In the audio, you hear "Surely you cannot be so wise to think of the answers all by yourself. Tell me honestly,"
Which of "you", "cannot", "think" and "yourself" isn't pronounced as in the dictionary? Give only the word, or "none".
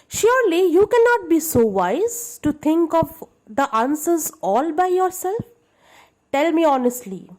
think